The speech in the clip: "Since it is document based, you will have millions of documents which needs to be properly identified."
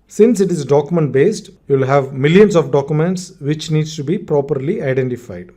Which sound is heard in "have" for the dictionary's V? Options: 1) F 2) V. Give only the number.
2